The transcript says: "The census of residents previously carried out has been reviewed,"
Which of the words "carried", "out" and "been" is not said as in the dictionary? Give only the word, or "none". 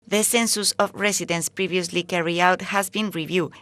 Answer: carried